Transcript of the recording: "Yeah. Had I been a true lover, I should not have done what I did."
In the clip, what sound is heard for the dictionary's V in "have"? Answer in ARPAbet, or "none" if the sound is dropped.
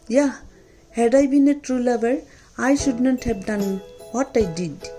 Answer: P